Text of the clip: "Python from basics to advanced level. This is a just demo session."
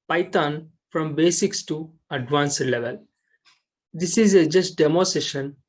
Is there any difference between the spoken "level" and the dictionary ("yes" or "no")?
no